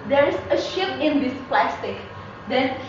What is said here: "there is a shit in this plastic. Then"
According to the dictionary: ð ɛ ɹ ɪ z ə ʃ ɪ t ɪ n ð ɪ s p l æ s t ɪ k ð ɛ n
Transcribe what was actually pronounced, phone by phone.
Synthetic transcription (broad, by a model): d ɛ ɹ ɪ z ə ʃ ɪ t ɪ n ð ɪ s p l æ s t ɪ k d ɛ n